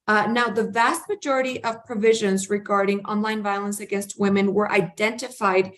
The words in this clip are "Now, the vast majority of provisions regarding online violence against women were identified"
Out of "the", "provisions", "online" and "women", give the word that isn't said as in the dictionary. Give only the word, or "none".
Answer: none